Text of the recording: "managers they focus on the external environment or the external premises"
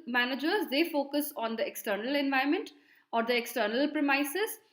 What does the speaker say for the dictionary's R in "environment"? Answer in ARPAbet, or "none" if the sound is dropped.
none